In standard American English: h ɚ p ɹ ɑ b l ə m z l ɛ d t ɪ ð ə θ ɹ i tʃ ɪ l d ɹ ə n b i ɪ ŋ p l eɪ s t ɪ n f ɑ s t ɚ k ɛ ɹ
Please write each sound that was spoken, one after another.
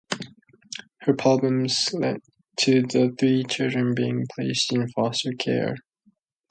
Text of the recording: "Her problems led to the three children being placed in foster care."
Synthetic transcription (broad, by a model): h ɚ p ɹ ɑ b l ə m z l ɛ d t ɪ ð ə θ ɹ i tʃ ɪ l d ɹ ə n b i ɪ ŋ p l eɪ s t ɪ n f ɑ s t ɚ k ɛ ɹ